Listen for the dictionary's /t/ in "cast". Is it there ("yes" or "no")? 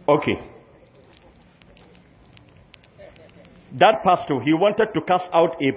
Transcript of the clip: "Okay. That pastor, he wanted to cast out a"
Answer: no